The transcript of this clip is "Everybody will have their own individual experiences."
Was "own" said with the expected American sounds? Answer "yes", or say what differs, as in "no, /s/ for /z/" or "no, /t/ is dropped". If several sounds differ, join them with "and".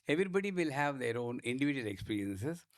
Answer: yes